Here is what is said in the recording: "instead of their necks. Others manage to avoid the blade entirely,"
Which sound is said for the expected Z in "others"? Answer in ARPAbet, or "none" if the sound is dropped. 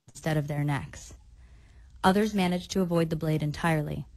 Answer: Z